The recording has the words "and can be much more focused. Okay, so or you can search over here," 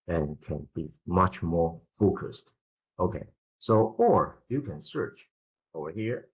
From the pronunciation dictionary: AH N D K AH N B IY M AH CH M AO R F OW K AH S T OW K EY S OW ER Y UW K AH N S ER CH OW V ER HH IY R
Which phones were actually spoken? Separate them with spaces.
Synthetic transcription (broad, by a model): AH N K AH N B IY M AH CH M AO R F OW K AH S T OW K EY S OW ER Y UW K AH N S ER CH OW V ER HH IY R